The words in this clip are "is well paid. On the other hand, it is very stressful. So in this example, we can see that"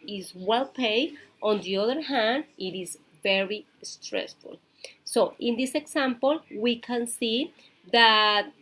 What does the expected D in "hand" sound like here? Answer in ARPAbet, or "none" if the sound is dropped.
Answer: D